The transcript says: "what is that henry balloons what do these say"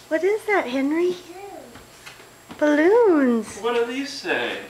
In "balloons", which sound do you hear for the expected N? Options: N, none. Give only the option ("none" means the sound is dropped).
N